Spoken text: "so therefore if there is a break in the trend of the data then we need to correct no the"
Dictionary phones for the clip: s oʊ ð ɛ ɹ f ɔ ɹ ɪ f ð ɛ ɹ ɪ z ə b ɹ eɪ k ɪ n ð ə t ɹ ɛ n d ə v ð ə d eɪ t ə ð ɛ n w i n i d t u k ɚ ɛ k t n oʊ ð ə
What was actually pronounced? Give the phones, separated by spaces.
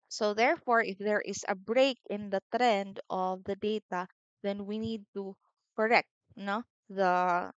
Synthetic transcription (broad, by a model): s oʊ ð ɛ ɹ f ɔ ɹ ɪ f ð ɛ ɹ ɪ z ə b ɹ eɪ k ɪ n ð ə t ɹ ɛ n d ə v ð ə d eɪ t ə ð ɛ n w i n i d t u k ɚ ɛ k t n oʊ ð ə